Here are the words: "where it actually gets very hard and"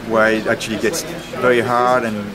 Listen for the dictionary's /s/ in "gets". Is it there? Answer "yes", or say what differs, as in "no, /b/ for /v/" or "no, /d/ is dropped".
yes